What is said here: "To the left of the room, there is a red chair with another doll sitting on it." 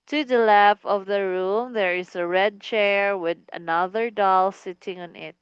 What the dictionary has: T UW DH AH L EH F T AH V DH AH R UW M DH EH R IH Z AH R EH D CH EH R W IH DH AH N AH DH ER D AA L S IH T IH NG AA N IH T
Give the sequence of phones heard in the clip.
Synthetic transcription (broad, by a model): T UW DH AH L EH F AH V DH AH R UW M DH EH R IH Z AH R EH D CH EH R W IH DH AH N AH DH ER D AA L S IH T IH NG AA N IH T